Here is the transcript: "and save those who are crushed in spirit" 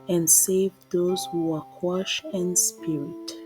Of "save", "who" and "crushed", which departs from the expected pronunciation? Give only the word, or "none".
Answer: crushed